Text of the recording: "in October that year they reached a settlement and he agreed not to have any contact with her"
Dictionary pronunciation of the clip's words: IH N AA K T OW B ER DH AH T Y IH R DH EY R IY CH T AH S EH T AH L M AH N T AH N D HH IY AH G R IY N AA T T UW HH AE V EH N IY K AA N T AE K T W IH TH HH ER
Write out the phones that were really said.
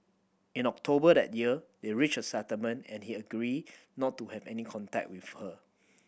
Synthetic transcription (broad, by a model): IH N AA K T OW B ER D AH T Y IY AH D EY R IY CH AH S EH T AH M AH N AH N HH IY AH G R IY N AA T T UW HH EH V EH N IY K AA N T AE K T W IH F HH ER